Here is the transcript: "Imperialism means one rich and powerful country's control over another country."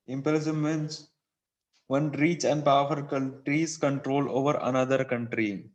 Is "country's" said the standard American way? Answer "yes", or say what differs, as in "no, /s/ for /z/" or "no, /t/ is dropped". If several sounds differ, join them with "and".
no, /l/ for /n/